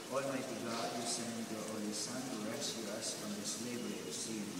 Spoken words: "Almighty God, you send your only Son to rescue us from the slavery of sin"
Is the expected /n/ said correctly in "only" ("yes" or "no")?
no